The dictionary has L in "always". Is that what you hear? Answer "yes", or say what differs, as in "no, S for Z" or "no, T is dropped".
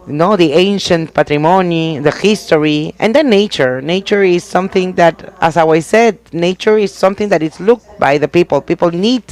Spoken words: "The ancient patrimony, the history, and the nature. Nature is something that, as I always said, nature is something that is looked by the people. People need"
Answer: no, L is dropped